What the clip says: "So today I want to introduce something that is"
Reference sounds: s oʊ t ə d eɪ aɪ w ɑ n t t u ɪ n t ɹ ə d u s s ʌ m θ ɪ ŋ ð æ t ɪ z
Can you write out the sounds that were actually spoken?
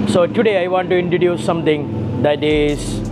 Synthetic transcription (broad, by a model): s oʊ t ə d eɪ aɪ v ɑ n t t u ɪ n t ɹ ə d u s s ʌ m t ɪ ŋ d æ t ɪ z